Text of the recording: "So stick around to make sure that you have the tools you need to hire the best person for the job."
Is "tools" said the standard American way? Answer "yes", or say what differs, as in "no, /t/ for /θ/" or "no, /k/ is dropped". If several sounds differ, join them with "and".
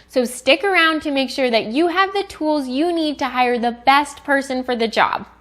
yes